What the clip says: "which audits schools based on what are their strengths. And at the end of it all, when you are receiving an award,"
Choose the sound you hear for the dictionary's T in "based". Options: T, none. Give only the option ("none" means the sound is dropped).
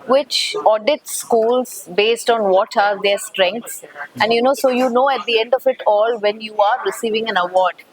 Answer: T